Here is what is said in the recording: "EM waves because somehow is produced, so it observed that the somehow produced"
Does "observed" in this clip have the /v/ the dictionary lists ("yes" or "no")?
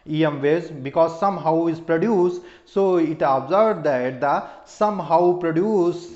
no